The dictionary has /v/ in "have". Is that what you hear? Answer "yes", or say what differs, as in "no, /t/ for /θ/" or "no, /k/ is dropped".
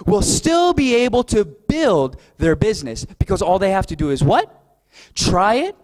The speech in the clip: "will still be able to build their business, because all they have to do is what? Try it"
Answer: no, /f/ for /v/